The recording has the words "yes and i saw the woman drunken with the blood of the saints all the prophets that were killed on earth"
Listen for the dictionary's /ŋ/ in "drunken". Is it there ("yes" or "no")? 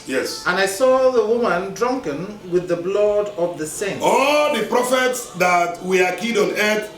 yes